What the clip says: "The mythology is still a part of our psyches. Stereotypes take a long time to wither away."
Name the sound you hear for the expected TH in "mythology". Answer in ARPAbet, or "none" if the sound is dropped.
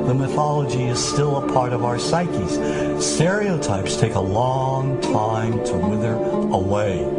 TH